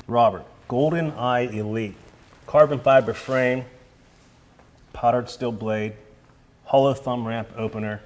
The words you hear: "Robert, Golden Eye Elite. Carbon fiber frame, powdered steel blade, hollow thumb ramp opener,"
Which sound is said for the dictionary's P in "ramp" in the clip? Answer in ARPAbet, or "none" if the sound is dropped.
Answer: P